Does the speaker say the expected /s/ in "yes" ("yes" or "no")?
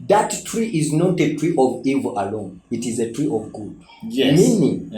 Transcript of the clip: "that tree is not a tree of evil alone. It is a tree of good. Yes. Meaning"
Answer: no